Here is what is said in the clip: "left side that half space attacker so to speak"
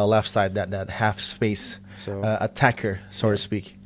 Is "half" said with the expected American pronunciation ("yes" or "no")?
yes